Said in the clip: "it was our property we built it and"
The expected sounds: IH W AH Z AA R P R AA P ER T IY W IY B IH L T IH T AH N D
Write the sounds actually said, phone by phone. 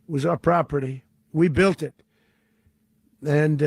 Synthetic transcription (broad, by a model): W AH Z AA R P R AA P ER T IY W IY B IH L T IH T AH N